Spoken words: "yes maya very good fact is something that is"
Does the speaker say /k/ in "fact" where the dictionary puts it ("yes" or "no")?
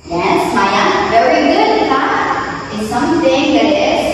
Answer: no